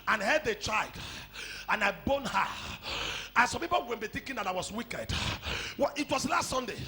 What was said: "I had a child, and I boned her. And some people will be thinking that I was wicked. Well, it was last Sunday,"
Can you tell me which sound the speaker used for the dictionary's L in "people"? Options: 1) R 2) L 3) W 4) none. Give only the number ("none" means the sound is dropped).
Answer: 3